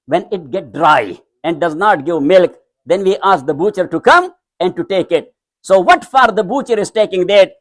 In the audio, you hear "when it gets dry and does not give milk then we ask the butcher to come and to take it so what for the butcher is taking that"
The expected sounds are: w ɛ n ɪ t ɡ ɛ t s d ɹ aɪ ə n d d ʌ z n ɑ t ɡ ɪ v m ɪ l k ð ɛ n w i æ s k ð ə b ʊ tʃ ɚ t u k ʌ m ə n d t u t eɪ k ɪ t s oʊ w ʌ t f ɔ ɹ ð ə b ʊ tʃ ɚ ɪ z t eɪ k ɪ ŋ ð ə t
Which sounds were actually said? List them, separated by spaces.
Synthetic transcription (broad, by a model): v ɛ n ɪ t ɡ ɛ t d ɹ aɪ ə n d d ʌ z n ɑ t ɡ ɪ v m ɪ l k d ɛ n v i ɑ s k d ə b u tʃ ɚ t u k ʌ m ə n d t u t eɪ k ɪ t s oʊ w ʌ t f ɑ ɹ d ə b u tʃ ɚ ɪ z t eɪ k ɪ ŋ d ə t